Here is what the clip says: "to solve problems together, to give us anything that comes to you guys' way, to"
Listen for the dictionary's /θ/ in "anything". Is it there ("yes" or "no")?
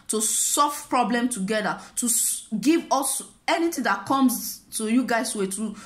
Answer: no